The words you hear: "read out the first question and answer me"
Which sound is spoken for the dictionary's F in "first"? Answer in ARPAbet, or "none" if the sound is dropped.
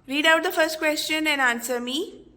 F